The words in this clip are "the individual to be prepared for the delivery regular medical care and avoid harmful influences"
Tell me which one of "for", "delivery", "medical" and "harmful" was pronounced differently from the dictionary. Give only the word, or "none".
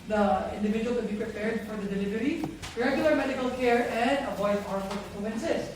harmful